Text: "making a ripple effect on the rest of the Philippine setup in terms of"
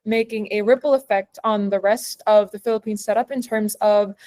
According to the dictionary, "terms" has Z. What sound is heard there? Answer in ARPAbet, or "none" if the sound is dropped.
Z